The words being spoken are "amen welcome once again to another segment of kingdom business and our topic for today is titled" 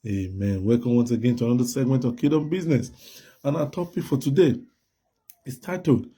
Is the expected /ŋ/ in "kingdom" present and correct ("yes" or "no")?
no